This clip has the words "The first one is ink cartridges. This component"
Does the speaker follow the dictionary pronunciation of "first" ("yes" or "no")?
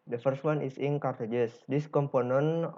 yes